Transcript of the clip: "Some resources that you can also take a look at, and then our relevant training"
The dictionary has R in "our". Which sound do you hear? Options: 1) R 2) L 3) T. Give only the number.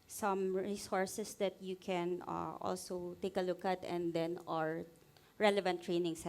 1